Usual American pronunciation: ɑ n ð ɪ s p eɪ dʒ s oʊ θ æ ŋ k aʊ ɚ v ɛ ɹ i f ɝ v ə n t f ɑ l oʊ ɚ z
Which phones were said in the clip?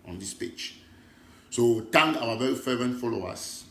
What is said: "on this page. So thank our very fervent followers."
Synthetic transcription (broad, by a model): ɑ n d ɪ s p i tʃ s oʊ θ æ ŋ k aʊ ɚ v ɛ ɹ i f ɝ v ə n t f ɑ l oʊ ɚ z